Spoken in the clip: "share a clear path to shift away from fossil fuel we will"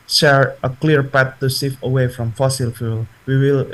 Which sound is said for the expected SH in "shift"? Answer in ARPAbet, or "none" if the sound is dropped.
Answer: S